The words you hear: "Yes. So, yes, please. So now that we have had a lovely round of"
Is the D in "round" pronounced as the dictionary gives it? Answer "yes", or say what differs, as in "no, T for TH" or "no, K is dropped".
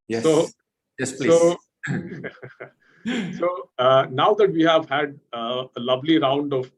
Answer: yes